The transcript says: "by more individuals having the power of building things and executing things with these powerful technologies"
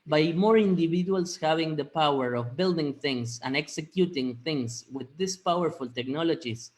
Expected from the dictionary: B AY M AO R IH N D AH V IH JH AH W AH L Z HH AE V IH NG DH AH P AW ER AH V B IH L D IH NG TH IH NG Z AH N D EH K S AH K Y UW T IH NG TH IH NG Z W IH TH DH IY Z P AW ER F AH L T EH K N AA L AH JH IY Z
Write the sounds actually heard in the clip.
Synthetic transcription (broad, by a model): B AY M AO R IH N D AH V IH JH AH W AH L S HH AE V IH NG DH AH P AW ER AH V B IH L D IH NG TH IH NG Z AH N EH K S AH K Y UW T IH NG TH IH NG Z W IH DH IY S P AW ER F AH L T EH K N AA L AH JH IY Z